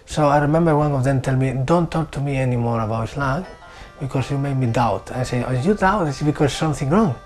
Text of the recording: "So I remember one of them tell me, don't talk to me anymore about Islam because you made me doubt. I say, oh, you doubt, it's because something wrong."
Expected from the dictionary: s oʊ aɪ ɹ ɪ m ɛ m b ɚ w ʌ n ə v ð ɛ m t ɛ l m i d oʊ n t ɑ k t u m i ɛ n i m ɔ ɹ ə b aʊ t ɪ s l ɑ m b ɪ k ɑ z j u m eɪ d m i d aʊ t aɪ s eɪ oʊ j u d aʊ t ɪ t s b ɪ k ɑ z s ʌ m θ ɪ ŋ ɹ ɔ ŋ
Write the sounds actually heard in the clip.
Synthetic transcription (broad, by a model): s oʊ aɪ ɹ ɪ m ɛ m b ɚ w ʌ n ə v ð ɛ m t ɛ l m i d oʊ n t ɑ k t u m i ɛ n i m ɔ ɹ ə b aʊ ɪ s l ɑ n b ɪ k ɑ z j u m eɪ d m i d aʊ t aɪ s eɪ oʊ j u d aʊ t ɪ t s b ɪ k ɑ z s ʌ m θ ɪ ŋ ɹ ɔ ŋ